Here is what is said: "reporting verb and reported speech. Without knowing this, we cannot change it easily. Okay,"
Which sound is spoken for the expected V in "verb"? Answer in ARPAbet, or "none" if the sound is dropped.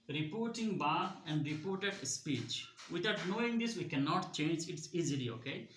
B